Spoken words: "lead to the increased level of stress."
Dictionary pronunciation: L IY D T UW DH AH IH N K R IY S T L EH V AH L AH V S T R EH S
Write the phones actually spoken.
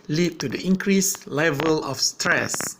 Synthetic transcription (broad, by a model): L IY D T UW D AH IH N K R IY S L EH V AH L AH F S T R EH S